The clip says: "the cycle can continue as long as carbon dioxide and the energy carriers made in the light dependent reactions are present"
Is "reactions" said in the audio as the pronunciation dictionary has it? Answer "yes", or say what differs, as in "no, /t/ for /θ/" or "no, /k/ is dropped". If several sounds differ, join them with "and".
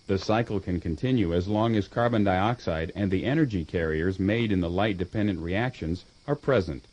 yes